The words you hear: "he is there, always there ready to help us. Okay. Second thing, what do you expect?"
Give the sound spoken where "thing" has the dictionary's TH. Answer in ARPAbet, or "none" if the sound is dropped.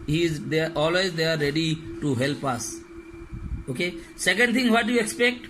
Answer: T